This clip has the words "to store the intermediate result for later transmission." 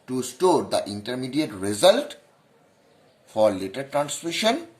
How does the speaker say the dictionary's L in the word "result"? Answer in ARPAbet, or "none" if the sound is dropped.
L